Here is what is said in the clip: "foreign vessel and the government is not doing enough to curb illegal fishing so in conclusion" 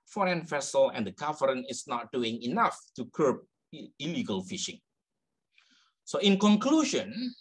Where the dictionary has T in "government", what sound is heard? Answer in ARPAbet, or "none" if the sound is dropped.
none